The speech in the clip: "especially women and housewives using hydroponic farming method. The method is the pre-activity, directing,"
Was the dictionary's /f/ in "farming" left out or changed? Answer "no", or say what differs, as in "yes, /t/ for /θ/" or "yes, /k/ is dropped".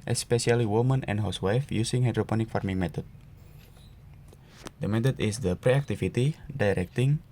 no